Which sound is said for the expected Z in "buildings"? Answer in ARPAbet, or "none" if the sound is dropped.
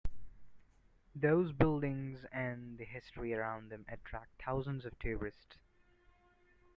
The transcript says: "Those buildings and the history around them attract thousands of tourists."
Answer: Z